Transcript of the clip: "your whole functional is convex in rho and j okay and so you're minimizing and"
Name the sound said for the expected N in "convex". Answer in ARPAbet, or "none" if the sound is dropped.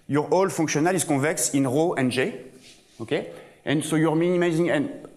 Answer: none